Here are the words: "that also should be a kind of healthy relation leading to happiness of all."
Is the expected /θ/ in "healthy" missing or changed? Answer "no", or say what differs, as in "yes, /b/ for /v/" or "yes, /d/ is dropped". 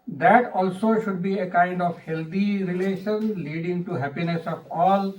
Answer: yes, /t/ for /θ/